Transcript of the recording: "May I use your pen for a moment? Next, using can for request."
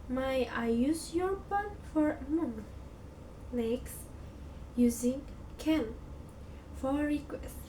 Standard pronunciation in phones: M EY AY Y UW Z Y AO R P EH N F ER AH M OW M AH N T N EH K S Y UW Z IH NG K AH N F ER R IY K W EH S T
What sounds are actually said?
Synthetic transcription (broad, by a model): M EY AY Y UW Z Y AO R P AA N F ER AH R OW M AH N N EH K S Y UW Z IH NG K AH N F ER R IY K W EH S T